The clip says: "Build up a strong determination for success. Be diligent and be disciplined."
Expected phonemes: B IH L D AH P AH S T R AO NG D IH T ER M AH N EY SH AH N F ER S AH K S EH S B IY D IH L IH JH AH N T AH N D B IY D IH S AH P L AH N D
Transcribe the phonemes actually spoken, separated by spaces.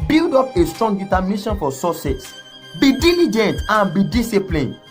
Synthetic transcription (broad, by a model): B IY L D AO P AH S T R AO NG D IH T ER M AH N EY SH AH N F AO S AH S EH S B IY D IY L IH JH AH N T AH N B IY D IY S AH P L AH N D